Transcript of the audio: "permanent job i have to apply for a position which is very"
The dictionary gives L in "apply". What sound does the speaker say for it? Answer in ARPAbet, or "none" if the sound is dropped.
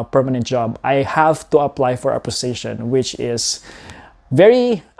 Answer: L